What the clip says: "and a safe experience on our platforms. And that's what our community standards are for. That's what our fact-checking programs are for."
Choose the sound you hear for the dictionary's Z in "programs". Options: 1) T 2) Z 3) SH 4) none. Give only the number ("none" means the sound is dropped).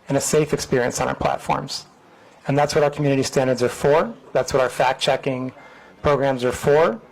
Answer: 2